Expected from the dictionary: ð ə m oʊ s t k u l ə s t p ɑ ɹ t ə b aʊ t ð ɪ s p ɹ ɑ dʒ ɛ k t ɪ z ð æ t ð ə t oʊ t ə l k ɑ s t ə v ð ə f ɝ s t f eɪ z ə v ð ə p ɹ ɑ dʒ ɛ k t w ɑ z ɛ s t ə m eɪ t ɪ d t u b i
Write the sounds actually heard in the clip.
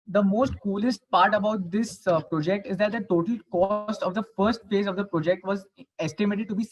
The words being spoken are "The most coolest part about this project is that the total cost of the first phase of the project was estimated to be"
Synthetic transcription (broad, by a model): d ə m oʊ s t k u l ə s t p ɑ ɹ t ə b aʊ t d ɪ s p ɹ ɑ dʒ ɛ k t ɪ z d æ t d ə t oʊ t ə l k ɑ s t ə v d ə f ɝ s t f eɪ z ə v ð ə p ɹ ɑ dʒ ɛ k t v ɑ z ɛ s t ə m eɪ t ɪ d t u b i